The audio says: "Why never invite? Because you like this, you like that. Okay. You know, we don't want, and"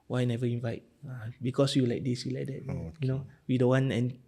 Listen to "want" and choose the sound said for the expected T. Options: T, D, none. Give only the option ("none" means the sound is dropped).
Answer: none